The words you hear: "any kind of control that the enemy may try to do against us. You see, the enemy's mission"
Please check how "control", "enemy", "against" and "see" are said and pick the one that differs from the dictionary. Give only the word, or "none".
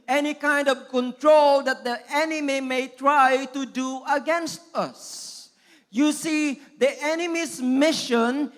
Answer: none